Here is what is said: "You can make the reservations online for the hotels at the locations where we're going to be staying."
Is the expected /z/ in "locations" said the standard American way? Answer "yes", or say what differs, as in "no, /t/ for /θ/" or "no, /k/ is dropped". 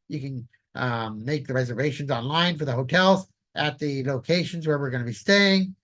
yes